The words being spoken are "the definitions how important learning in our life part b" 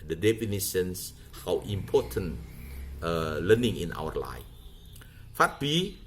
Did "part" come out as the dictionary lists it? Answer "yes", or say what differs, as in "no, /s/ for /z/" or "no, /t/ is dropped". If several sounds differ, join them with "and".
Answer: no, /f/ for /p/